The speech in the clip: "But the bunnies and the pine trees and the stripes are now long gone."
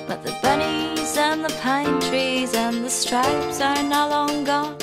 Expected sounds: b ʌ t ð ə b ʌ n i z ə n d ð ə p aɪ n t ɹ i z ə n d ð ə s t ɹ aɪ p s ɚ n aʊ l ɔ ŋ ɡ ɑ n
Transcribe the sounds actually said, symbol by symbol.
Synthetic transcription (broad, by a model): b ʌ t ð ə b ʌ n i z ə n ð ə p aɪ n t ɹ i z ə n ð ə s t ɹ aɪ p s ɚ n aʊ l ɔ ŋ ɡ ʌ